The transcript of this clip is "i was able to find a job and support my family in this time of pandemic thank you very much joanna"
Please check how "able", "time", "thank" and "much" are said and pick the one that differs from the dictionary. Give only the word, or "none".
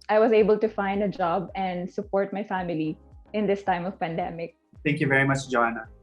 thank